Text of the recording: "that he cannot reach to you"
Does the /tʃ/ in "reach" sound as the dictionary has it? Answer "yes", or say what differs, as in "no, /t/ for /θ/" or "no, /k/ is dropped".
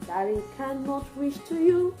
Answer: no, /ʃ/ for /tʃ/